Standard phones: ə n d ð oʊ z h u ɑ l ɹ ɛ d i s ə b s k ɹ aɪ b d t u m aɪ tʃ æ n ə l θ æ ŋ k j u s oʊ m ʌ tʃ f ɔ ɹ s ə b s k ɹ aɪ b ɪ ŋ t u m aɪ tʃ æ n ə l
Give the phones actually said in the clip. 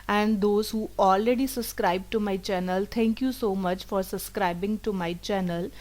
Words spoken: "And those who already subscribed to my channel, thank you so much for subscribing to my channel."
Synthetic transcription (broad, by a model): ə n d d oʊ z h u ɑ l ɹ ɛ d i s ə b s k ɹ aɪ b t u m aɪ tʃ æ n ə l t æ ŋ k j u s oʊ m ʌ tʃ f ɔ ɹ s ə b s k ɹ aɪ b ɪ ŋ t u m aɪ tʃ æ n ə l